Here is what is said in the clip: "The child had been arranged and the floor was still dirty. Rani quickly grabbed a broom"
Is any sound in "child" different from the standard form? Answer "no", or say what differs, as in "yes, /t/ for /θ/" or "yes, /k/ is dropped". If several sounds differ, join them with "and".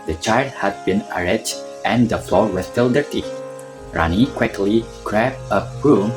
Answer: no